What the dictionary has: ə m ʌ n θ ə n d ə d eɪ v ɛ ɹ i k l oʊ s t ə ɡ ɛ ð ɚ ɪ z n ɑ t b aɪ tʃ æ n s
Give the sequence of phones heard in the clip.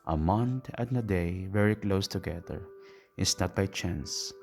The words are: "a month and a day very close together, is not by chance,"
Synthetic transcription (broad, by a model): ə m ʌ n t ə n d ə d eɪ v ɛ ɹ i k l oʊ s t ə ɡ ɛ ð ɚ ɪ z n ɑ t b aɪ tʃ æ n s